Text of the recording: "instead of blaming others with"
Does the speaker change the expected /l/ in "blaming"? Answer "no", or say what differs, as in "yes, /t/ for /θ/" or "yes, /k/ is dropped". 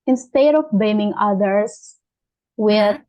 yes, /l/ is dropped